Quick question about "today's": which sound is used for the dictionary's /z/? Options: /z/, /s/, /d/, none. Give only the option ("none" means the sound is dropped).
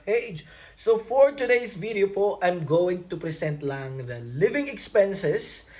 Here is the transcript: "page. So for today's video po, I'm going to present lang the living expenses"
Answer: /s/